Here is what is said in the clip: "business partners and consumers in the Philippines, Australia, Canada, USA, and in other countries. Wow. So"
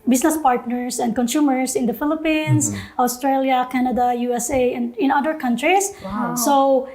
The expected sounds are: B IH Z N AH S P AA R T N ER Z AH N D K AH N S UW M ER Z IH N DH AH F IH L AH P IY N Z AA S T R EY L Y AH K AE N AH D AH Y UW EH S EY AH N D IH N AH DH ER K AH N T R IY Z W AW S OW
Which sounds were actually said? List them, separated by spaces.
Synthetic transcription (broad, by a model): B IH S N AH S P AA R T N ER S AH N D K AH N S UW M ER S IH N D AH F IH L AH P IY N S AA S T R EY L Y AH K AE N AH D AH Y UW EH S EY AH N D IH N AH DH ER K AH N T R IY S S OW